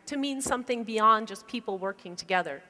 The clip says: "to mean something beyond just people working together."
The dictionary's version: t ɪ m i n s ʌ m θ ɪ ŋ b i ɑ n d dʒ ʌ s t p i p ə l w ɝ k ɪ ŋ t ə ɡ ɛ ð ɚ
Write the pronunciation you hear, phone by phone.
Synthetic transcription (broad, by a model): t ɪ m i n s ʌ m θ ɪ ŋ b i ɑ n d dʒ ʌ s p i p l w ɝ k ɪ ŋ t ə ɡ ɛ ð ɚ